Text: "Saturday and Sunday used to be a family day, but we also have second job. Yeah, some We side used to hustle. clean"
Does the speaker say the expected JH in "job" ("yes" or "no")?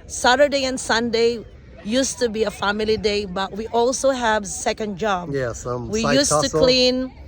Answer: yes